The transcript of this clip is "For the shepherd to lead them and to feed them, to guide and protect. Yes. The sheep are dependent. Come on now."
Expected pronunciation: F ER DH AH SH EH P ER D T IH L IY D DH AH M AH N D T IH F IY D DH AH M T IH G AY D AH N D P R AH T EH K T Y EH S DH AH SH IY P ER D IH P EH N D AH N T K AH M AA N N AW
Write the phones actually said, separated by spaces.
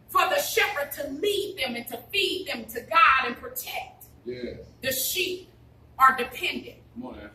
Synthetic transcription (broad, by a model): F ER DH AH SH EH P ER D T IH L IY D DH AH M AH N T IH F IY D DH AH M T IH G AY D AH N P R AH T EH K T Y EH DH AH SH IY P ER D IH P EH N D AH N T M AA